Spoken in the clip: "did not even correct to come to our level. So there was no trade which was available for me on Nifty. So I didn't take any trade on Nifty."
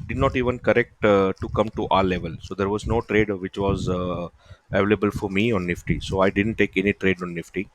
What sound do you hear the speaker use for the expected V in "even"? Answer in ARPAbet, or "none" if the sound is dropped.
V